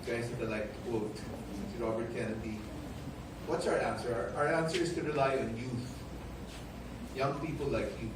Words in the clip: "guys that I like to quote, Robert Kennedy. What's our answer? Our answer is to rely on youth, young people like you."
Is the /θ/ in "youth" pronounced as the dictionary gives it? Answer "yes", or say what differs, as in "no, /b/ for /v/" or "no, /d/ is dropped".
yes